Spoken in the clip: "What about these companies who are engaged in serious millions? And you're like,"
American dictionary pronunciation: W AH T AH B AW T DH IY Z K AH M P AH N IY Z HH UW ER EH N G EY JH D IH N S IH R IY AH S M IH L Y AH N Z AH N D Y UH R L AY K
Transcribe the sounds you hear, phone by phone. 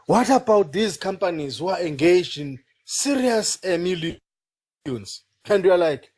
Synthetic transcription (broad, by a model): W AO T AH B AW T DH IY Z K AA M P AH N IY Z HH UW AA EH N G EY JH IH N S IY R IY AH S M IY L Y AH N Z AH N D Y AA L AY K